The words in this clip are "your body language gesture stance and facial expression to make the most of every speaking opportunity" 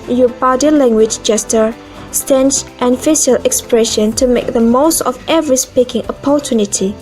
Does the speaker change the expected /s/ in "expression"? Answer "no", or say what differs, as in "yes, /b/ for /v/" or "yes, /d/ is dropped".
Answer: no